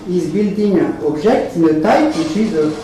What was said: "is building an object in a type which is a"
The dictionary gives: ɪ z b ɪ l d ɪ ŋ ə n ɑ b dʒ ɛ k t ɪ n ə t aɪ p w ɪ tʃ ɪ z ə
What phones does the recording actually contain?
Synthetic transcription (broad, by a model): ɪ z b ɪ l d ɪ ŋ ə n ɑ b ʒ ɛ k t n ə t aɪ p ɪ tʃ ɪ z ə